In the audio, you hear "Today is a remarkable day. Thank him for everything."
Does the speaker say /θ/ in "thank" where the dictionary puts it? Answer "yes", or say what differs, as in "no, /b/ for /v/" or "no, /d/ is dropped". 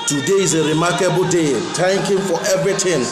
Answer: no, /t/ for /θ/